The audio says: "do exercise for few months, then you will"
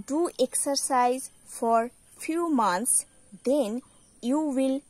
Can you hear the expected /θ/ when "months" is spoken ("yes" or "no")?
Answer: no